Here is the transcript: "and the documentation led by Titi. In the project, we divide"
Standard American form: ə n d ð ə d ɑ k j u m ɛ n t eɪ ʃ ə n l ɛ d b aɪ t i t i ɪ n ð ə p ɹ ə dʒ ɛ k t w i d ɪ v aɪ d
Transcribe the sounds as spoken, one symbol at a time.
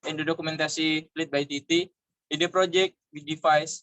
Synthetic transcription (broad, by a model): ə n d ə d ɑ k u m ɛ n t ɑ s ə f l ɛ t b aɪ t i t i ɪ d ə p ɹ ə dʒ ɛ k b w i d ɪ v aɪ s